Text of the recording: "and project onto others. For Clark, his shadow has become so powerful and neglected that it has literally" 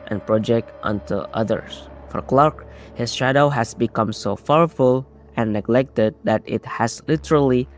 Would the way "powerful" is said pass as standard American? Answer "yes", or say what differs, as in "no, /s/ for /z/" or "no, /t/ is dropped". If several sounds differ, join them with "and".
no, /f/ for /p/